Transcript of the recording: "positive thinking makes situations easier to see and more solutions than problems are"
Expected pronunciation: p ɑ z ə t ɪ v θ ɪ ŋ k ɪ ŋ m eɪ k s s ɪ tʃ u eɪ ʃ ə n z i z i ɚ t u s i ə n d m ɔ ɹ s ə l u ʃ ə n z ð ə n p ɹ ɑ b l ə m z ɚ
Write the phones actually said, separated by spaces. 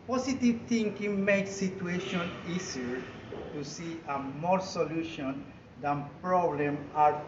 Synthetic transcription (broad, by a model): p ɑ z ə t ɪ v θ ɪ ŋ k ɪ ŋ m eɪ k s s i tʃ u eɪ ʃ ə n i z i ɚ t u s i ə m ɔ ɹ s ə l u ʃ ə n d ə n p ɹ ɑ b l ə m ɑ